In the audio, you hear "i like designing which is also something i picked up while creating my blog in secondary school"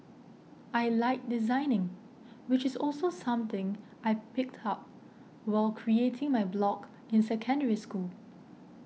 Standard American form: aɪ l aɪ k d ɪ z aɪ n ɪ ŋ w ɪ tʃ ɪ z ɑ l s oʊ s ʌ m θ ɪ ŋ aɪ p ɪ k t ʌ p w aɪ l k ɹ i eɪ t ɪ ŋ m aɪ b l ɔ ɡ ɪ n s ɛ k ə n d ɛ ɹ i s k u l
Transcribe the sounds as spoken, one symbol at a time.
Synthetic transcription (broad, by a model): aɪ l aɪ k d ɪ z aɪ n ɪ ŋ w ɪ tʃ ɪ s ɑ l s oʊ s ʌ m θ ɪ ŋ aɪ p ɪ k t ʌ p w aɪ l k ɹ i eɪ t ɪ ŋ m aɪ b l ɔ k ɪ n s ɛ k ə n d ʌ ɹ i s k u l